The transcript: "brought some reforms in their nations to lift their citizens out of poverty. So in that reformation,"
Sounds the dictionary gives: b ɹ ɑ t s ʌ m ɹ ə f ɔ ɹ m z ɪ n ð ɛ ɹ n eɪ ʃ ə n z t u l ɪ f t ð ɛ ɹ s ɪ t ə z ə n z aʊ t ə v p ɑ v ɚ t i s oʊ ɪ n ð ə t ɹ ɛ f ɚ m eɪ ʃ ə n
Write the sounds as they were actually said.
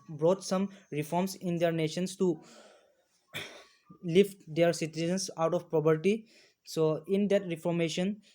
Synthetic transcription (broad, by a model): b ɹ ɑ t s ʌ m ɹ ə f ɔ ɹ m s ɪ n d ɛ ɹ n eɪ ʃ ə n s t u l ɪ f t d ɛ ɹ s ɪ t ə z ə n s aʊ t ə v p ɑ p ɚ t i s oʊ ɪ n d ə t ɹ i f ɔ m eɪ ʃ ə n